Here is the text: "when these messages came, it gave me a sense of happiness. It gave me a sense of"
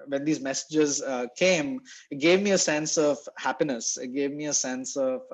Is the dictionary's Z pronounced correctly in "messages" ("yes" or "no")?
yes